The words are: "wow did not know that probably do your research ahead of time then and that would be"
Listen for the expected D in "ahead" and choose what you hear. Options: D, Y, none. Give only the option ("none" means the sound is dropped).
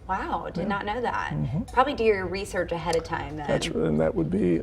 D